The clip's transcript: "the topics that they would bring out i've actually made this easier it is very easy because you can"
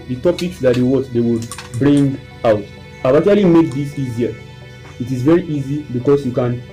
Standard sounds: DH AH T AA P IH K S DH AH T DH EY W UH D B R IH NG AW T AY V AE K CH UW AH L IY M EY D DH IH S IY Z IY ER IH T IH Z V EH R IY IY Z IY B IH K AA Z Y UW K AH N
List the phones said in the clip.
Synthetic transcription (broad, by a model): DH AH T AA P IH K S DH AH T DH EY W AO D B R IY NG AW T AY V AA CH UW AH L IY M EY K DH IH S IY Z IY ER IH T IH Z V EH R IY IY Z IY B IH K AA S Y UW K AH N